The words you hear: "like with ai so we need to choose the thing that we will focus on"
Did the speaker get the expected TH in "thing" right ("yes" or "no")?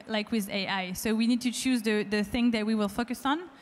yes